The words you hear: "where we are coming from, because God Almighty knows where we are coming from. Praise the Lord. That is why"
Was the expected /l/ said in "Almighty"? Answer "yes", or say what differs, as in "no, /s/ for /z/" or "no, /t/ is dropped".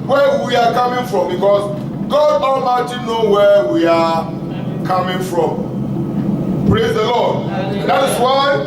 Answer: no, /l/ is dropped